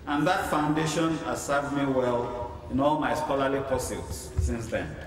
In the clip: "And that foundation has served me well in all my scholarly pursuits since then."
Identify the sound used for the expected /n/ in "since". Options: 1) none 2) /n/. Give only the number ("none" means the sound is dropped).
2